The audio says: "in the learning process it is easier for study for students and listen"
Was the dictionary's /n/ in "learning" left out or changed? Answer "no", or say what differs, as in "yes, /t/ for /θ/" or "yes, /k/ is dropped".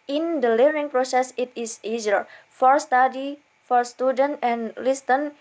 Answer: yes, /n/ is dropped